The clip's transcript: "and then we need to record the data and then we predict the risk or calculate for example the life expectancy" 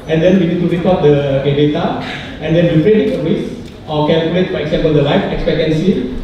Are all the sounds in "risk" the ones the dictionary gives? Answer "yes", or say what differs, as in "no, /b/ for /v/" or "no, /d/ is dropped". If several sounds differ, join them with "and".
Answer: no, /k/ is dropped